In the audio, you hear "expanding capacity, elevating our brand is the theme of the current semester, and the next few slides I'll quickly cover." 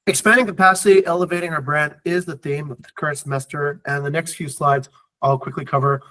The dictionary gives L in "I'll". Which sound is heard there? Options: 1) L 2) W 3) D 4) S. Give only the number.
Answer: 1